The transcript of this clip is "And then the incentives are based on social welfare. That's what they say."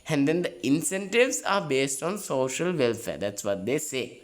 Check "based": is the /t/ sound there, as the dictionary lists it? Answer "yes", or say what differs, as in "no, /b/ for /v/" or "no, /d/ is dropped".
yes